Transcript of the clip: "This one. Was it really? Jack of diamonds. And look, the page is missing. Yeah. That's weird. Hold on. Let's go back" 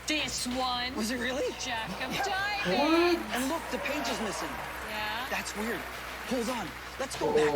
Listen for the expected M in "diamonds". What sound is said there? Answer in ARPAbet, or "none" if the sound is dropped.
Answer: none